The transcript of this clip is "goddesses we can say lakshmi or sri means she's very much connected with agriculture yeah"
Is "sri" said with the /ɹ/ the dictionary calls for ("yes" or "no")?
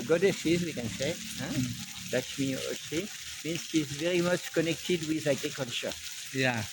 no